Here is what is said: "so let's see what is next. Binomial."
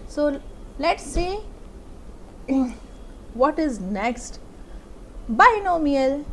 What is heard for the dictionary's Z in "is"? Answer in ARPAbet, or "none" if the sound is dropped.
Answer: Z